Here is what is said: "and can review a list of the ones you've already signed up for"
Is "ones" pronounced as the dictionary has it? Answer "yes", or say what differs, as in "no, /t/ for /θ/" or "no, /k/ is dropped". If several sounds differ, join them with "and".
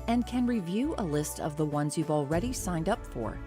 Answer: yes